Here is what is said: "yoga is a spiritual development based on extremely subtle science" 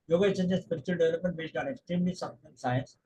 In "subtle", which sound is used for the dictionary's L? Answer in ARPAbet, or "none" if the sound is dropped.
N